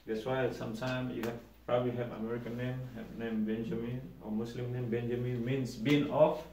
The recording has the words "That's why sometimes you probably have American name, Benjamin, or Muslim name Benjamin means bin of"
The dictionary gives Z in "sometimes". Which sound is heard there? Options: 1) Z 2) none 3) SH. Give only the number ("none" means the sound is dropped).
2